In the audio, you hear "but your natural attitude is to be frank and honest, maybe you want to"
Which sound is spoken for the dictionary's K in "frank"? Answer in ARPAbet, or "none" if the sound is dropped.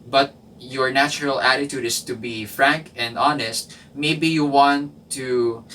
K